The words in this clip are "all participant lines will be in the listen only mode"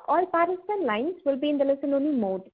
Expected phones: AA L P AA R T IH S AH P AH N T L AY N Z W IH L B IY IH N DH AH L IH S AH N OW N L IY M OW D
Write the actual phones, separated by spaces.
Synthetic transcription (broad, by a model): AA L P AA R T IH S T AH N L AY N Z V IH L B IY IH N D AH L IH S AH N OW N IY M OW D